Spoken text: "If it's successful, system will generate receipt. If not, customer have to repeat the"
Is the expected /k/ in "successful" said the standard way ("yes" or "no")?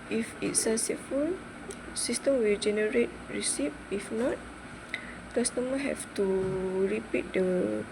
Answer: no